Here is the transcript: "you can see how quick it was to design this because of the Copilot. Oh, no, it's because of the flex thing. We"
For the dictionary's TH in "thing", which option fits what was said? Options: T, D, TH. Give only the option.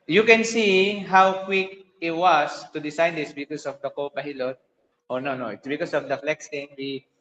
T